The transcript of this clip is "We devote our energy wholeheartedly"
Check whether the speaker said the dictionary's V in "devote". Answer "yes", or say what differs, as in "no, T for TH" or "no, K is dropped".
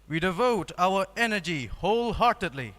yes